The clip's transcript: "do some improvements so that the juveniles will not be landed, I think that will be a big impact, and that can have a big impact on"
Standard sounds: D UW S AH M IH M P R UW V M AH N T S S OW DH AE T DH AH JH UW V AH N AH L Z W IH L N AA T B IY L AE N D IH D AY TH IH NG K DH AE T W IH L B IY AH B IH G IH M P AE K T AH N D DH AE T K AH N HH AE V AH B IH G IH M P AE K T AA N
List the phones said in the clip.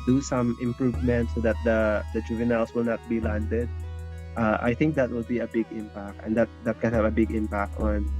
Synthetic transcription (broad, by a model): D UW S AH M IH M P R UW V M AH N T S S OW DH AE T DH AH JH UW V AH N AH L S W IH L N AA T B IY L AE N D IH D AY TH IH NG K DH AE T W IH L B IY AH B IH G IH M P AE K T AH N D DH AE T K AH N HH AE V AH B IH G IH M P AE K T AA N